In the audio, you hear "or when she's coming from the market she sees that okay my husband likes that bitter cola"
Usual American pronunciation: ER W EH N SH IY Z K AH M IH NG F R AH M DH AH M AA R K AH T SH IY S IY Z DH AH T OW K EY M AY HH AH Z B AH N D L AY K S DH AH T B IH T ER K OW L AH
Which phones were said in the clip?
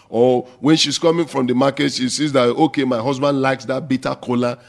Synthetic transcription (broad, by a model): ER W EH N SH IY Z K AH M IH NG F R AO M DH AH M AA K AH T SH IY S IY Z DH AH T OW K EY M AY HH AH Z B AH N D L AY K S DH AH T B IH T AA K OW L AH